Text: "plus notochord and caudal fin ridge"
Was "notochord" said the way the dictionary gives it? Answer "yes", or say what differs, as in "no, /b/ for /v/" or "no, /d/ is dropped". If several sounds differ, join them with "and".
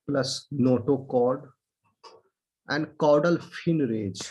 yes